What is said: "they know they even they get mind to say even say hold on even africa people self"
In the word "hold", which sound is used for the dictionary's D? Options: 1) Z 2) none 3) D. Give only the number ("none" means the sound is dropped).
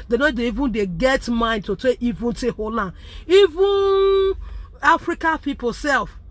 2